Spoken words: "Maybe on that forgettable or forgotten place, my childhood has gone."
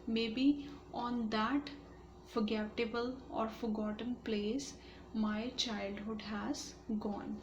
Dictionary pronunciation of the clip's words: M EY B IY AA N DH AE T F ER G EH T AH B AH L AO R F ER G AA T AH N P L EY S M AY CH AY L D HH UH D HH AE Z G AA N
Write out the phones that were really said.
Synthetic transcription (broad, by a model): M EY B IY AA N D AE T F ER G EH T AH B AH L AO R F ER G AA T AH N P L EY S M AY CH AY L D HH UH D HH AE Z G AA N